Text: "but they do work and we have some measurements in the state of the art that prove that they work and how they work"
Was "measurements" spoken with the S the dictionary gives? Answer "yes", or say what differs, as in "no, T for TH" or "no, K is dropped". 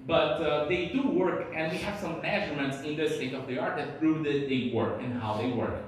yes